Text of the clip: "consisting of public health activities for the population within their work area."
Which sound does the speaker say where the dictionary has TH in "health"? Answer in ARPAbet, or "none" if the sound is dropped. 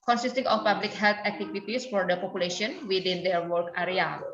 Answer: T